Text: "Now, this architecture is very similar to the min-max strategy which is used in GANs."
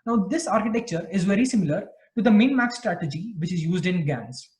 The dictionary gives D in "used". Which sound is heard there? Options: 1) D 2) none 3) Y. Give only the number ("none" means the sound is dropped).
1